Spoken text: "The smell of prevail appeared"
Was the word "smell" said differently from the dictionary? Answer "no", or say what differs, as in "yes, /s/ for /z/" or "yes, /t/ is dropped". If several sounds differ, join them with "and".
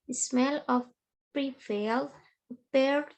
no